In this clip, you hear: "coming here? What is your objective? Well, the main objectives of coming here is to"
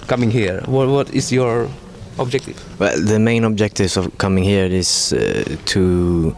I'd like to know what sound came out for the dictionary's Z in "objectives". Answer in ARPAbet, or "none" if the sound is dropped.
none